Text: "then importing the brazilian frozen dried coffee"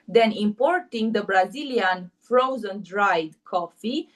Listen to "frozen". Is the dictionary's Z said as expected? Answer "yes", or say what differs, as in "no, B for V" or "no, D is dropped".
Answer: yes